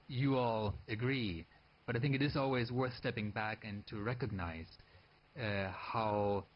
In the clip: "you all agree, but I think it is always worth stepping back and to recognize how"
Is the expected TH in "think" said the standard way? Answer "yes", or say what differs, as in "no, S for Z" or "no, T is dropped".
yes